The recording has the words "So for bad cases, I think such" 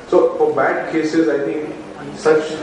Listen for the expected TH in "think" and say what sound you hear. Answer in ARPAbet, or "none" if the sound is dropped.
T